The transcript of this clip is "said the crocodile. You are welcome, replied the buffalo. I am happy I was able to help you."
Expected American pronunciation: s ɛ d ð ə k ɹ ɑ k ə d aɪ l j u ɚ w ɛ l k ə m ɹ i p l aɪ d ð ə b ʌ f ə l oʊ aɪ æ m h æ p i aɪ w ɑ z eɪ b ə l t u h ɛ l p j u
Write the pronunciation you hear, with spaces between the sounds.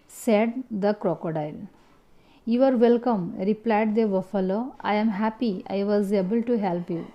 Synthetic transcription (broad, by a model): s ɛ d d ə k ɹ ɑ k ə d aɪ l j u ɚ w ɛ l k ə m ɹ i p l aɪ d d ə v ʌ f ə l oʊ aɪ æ m h æ p i aɪ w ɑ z eɪ b ə l t u h ɛ l p j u